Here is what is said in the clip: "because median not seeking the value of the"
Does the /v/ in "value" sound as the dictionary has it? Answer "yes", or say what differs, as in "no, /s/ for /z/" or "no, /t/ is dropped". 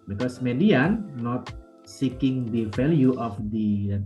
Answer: no, /f/ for /v/